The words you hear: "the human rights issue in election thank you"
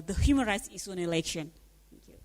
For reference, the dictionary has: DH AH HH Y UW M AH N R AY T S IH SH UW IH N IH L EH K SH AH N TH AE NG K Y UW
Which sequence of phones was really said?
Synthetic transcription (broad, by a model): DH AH HH Y UW M AH N R AY T S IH S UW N IH L EH K SH AH N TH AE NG K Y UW